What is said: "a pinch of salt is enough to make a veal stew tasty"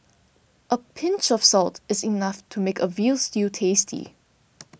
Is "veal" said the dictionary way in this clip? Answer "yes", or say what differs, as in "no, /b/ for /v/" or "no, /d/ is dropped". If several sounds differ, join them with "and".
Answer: yes